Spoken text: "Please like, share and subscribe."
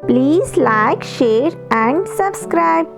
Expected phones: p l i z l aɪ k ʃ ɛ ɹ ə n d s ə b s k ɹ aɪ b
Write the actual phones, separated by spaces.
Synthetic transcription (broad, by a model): p l i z l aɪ k ʃ ɛ ɹ ə n d s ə b s k ɹ aɪ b